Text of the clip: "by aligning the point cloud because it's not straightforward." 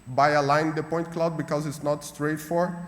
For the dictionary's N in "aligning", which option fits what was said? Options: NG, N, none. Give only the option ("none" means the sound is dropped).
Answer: none